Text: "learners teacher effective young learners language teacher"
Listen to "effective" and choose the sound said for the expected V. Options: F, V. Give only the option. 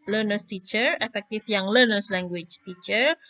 F